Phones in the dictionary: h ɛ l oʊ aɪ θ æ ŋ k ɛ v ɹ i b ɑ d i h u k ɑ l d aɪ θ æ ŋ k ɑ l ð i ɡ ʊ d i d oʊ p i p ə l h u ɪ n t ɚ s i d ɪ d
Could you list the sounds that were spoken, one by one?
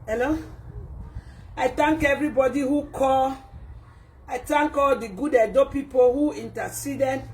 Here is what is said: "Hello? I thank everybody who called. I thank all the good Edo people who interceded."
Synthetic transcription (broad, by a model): h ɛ l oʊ aɪ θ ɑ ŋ k ɛ v ɹ i b ɑ d i h u k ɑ l aɪ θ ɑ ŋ k ɑ l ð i ɡ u d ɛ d oʊ p i p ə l h u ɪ n t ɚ s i d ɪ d